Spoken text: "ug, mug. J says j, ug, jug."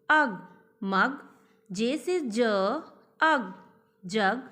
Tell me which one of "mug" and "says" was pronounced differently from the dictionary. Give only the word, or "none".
says